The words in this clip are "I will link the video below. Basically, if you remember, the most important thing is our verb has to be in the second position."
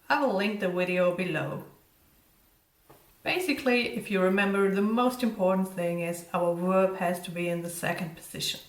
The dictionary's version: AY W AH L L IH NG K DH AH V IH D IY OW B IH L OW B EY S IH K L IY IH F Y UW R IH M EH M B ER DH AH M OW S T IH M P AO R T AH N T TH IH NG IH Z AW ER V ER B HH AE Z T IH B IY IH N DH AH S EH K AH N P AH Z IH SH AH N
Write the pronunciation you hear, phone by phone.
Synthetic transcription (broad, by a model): AY W AH L L IH NG K DH AH W IH D IY OW B IH L OW B EY S IH K L IY IH F Y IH R IH M EH M B ER DH AH M OW S T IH M P AO R T N TH IH NG IH Z AW ER W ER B HH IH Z T IH B IY IH N DH AH S EH K AH N P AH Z IH SH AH N